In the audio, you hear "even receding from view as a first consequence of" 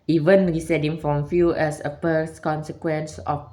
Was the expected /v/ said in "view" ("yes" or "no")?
no